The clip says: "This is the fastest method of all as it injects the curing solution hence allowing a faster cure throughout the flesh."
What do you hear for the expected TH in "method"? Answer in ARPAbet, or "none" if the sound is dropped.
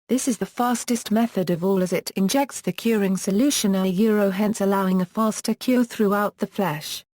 TH